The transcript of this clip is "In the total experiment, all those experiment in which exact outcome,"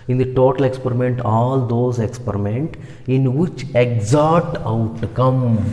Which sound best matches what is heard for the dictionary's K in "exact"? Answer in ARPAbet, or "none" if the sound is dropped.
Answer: none